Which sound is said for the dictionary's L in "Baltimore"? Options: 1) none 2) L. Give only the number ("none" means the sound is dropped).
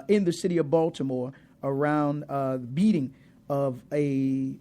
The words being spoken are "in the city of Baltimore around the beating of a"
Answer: 2